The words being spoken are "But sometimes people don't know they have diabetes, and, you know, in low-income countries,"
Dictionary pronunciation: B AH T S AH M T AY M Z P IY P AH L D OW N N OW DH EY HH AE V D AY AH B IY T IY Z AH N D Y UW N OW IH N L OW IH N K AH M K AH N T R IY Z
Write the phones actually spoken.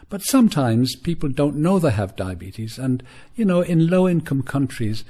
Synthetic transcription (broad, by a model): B AH T S AH M T AY M Z P IY P L D OW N N OW DH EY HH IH V D AY AH B IY T IY Z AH N Y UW N OW IH N L OW IH N K AH M K AH N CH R IY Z